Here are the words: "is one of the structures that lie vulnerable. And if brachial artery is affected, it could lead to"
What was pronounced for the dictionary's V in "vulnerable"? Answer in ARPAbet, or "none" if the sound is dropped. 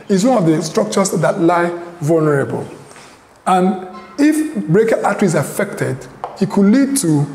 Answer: V